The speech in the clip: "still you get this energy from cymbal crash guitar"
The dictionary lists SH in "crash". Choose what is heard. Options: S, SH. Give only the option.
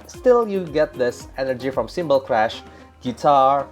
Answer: SH